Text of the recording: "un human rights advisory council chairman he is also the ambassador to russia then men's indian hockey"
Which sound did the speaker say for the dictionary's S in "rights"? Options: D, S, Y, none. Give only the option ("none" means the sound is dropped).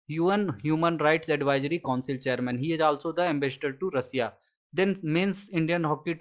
S